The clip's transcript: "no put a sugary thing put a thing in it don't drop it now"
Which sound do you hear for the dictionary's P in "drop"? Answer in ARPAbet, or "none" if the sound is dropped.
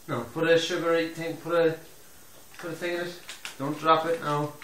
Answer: P